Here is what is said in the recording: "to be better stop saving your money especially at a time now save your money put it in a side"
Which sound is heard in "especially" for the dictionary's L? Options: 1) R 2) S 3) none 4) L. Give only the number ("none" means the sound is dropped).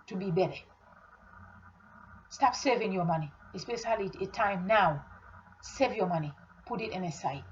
3